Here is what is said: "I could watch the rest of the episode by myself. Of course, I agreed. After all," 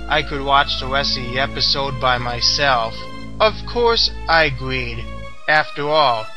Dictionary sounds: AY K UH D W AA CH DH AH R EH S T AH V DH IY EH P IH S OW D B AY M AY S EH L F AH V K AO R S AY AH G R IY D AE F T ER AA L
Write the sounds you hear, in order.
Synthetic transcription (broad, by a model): AY K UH D W AA CH DH AH W EH S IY EH P IH S OW D B AY M AY S EH L F AH V K AO R S AY AH G R IY D AE F T ER AA L